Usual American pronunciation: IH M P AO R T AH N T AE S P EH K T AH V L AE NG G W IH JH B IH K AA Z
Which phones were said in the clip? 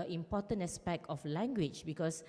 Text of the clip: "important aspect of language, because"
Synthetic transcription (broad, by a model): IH M P AO T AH N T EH S P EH K T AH F L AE NG G W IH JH B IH K AA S